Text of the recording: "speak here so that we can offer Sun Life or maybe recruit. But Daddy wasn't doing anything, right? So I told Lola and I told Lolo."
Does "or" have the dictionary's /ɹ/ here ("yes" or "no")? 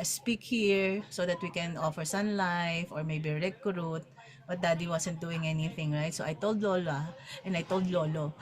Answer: yes